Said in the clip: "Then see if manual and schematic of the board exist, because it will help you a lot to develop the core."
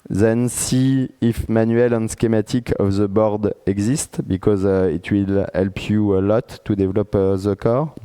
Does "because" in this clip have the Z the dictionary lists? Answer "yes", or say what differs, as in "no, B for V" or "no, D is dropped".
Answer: yes